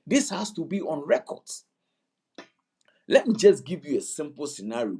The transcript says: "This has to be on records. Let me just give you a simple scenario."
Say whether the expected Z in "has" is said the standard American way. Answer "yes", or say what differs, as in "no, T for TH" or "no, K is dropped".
no, S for Z